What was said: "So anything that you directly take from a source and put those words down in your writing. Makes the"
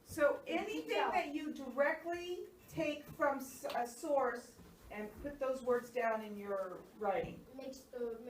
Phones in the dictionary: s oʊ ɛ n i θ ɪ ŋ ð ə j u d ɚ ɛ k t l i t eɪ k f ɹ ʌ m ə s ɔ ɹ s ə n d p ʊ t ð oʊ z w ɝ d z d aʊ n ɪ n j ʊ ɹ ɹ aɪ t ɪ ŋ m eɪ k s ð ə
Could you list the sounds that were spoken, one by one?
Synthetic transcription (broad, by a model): s oʊ ɛ n i θ ɪ ŋ ð ə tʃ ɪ d ɚ ɛ k t l i t eɪ k f ɹ ʌ m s s ɔ ɹ s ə n p ʊ t ð oʊ z w ɝ d z d aʊ n ɪ n j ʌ ɹ ɹ aɪ t ɪ ŋ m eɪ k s